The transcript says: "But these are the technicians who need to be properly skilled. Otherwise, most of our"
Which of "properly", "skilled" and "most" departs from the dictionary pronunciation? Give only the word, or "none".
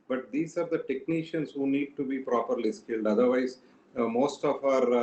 none